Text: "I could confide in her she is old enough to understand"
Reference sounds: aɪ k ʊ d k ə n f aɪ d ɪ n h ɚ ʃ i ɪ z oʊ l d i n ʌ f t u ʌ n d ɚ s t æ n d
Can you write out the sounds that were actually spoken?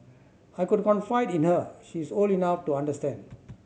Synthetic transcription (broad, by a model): aɪ k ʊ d k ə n f aɪ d ɪ n h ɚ ʃ i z oʊ l i n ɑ f t u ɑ n d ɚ s t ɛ n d